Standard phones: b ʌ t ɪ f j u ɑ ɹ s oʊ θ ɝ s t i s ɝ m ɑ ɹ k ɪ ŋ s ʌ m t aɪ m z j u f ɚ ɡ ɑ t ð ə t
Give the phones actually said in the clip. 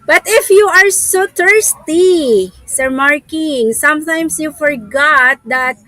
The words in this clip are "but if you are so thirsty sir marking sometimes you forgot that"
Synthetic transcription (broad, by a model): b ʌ t ɪ f j u ɑ ɹ s oʊ t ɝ s t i s ɝ m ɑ ɹ k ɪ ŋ s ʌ m t aɪ m s j u f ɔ ɡ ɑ t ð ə t